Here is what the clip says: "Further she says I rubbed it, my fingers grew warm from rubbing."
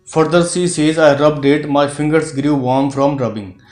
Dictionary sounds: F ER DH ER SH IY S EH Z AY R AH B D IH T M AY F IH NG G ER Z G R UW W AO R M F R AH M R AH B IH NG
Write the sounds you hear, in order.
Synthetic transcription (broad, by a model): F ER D ER S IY S EH Z AY R AH B D IH T M AY F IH NG G ER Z G R UW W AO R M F R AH M R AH B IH NG